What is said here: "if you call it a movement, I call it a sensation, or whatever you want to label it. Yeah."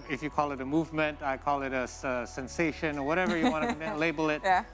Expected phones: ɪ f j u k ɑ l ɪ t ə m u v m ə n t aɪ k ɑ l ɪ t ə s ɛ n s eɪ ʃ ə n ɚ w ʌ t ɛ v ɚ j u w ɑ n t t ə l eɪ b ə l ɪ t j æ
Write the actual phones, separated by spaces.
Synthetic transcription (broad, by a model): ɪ f j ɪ k ɑ l ɪ t ə m u v m ə n t aɪ k ɑ l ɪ t ə s ɛ n s eɪ ʃ ə n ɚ w ʌ t ɛ v ɚ j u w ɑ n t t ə l eɪ b l ɪ t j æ